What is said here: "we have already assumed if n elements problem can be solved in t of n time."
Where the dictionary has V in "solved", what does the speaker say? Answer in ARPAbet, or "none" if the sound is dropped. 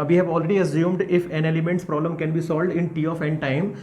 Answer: V